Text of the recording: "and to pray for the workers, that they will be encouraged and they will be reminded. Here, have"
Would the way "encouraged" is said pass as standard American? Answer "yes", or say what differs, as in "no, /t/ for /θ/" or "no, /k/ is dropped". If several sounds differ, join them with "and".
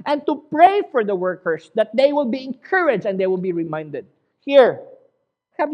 no, /d/ is dropped